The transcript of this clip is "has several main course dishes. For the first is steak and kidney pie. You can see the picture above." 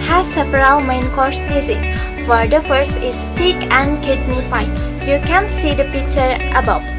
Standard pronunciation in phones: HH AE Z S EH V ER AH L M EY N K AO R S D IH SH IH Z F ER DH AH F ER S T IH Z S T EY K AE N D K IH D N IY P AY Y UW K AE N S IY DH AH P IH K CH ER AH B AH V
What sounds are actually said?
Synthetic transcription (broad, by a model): HH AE S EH P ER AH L M EY N K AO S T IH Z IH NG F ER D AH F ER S IH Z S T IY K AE N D K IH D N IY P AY Y UW K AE N S IY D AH P IH K CH ER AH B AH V